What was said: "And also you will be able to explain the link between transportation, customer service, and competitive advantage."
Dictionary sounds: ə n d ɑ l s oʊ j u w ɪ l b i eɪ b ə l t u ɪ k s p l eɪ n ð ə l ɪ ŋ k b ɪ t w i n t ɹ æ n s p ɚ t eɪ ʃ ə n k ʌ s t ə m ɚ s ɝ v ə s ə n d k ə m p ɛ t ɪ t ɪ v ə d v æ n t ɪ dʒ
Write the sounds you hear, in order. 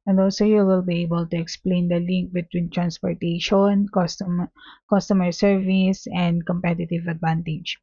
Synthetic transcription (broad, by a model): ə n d ɑ l s oʊ j u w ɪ l b i eɪ b ə l t u ɪ k s p l eɪ n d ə l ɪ ŋ k b ɪ t w i n t ɹ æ n s p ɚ t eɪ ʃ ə n k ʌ s t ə m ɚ s ɝ v ə s ə n d k ə m p ɛ t ɪ t ɪ v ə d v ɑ n t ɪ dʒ